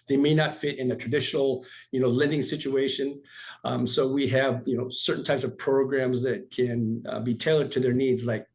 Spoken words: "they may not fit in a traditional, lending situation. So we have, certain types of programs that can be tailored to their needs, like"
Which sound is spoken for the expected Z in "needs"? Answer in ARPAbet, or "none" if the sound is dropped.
Z